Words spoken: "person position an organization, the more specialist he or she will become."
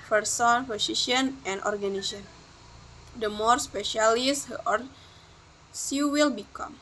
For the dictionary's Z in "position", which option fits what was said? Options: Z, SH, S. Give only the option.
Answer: S